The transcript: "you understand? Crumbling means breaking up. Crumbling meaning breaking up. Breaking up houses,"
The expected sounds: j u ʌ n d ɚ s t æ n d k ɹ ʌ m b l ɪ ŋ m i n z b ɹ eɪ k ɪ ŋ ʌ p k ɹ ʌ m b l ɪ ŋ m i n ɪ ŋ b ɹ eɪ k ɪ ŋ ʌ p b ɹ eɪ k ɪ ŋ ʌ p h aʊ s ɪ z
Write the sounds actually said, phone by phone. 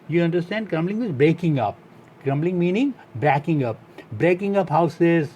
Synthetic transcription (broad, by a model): j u ʌ n d ɚ s t æ n d k ɹ ʌ m b l ɪ ŋ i z b ɹ eɪ k ɪ ŋ ʌ p k ɹ ʌ m b l ɪ ŋ m i n ɪ ŋ b ɹ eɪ k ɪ ŋ ʌ p b ɹ eɪ k ɪ ŋ ʌ p h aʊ s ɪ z